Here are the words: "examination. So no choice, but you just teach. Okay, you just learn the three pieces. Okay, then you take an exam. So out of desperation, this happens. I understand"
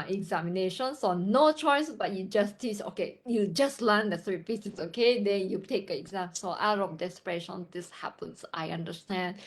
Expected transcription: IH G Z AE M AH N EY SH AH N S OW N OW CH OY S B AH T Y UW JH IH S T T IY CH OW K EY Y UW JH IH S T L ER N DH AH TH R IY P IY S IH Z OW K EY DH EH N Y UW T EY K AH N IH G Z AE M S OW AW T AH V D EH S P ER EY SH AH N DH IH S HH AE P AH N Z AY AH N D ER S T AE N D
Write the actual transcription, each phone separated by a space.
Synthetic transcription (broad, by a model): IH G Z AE M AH N EY SH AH N S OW N OW CH OY S B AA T Y UW JH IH S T T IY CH OW K EY Y UW JH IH S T L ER N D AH S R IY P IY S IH S OW K EY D EH N Y UW T EY K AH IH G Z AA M S OW AW T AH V D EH S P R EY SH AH N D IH S HH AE P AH N S AY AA N D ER S T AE N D